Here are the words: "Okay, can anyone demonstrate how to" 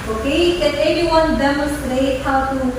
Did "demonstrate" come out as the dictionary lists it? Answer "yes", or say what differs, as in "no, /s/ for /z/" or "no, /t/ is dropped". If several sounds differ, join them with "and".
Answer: no, /n/ is dropped